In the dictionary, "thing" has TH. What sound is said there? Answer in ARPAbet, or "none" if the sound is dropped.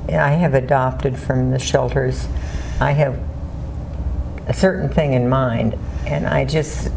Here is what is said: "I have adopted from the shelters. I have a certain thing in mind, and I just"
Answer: TH